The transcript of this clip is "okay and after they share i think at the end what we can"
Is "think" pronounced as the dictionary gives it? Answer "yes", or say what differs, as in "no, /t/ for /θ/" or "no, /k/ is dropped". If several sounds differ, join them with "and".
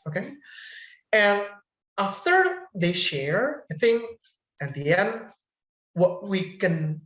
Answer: no, /k/ is dropped